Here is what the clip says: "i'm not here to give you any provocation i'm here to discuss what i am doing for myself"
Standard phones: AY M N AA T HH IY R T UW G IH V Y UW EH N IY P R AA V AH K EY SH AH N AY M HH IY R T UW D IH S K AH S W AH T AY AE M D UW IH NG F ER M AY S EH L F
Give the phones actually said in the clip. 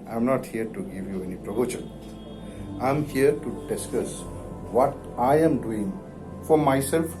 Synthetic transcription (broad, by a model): AY M N AA T HH IY R T UW G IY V Y UW EH N IY P R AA B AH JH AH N AY M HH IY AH T UW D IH S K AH S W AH T AY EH M D UW IH NG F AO M AY S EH L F